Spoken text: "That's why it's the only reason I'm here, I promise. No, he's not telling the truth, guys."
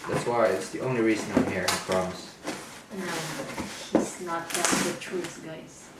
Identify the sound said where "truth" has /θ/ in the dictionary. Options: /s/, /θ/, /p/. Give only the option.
/s/